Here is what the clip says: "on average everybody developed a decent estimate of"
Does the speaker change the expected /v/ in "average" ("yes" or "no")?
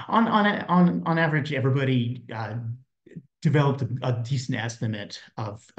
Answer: no